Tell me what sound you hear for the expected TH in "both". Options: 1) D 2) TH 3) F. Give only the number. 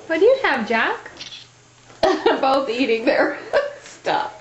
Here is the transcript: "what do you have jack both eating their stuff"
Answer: 2